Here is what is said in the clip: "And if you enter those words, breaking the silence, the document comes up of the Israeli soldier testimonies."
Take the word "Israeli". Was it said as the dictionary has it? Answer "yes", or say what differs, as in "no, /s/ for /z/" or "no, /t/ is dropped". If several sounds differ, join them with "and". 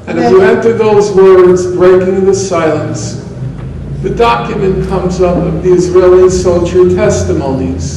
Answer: yes